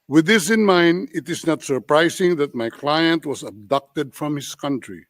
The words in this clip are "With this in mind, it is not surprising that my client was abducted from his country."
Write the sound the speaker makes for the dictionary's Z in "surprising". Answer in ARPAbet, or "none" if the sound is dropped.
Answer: S